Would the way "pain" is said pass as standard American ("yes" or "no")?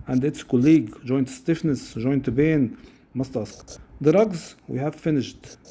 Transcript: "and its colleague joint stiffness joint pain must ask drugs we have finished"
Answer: no